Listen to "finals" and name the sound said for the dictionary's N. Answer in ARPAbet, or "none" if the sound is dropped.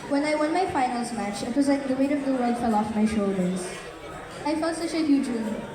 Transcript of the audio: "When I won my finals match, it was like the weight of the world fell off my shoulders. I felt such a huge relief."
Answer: N